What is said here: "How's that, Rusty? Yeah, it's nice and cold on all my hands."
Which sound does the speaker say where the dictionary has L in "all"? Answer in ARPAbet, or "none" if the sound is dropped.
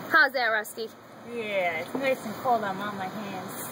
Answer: N